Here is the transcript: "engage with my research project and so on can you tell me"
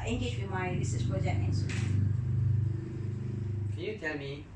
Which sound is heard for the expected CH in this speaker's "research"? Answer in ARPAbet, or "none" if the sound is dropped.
S